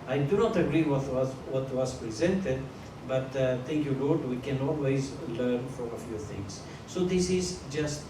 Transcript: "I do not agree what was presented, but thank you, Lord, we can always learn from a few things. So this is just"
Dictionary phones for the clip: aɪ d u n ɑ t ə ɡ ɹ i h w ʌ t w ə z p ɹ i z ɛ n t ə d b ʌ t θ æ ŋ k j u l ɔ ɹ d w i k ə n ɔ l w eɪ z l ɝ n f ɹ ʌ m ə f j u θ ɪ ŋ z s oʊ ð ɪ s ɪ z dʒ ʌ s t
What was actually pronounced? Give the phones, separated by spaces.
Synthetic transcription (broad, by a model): aɪ d u n ɑ t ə ɡ ɹ i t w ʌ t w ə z p ɹ i z ɛ n t ə d b ʌ t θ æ ŋ k j u l ɔ ɹ d w i k ə n ɔ l w eɪ z l ɝ n f ɹ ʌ m ə f j u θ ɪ ŋ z s oʊ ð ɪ s ɪ z dʒ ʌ s t